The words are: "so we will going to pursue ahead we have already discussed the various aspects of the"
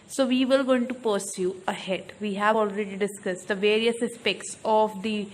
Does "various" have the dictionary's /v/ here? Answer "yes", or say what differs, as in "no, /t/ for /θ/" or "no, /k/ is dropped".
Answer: yes